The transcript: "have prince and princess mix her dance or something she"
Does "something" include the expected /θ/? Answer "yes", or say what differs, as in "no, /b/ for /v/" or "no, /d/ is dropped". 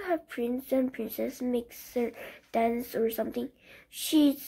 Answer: no, /t/ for /θ/